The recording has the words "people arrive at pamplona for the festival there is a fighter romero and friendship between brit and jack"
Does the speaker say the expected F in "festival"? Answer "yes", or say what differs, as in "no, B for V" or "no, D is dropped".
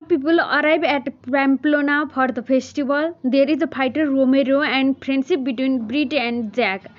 no, P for F